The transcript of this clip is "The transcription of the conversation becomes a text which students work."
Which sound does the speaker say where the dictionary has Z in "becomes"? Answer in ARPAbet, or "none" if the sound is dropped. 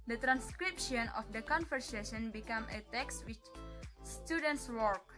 none